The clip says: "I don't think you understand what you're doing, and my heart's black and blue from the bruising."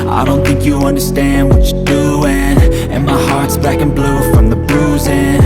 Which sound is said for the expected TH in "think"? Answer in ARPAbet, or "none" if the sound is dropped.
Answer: TH